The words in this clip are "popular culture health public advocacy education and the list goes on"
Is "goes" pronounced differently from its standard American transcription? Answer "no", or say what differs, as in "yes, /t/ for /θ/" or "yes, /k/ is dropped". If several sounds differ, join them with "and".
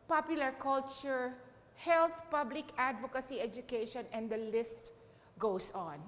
yes, /s/ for /z/